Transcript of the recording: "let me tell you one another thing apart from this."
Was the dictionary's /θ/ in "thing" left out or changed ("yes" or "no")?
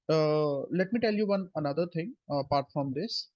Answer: yes